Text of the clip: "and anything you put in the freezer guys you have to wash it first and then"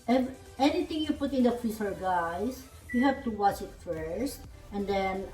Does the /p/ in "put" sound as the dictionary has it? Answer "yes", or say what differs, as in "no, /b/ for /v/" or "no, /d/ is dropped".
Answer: yes